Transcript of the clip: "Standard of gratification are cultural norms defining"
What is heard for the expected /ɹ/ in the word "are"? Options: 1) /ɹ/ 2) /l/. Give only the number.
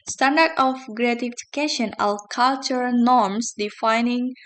2